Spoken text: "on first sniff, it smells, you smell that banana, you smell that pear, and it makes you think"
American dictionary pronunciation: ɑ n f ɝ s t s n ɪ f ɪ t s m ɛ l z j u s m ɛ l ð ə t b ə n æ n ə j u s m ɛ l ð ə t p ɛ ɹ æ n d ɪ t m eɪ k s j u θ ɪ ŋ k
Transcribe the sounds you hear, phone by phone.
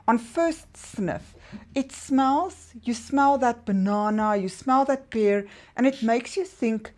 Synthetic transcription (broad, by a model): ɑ n f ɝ s t s n ɪ f ɪ t s m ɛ l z j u s m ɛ l ð ə t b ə n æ n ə j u s m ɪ l ð ə t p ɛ ɹ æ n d ɪ t m eɪ k s j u θ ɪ ŋ k